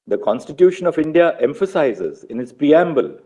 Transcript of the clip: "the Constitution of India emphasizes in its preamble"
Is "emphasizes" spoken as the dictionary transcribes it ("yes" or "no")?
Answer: yes